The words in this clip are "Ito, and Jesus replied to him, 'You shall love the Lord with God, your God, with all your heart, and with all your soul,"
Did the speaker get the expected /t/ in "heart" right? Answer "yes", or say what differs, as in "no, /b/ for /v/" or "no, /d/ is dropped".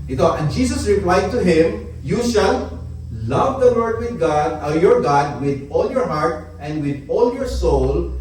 yes